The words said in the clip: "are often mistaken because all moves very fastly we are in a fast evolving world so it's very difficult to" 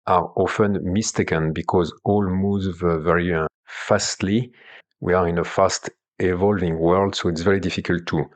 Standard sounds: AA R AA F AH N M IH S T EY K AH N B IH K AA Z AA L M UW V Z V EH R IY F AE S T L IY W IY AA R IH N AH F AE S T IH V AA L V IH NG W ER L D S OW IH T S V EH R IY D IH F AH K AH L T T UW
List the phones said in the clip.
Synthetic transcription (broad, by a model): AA R AA F AH N M IH S T EY K AH N B IH K AA Z AA L M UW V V V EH R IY F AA S T L IY W IY AA R IH N AH F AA S T IH V AA L V IH NG W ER L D S OW IH T S V EH R IY D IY F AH K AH L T T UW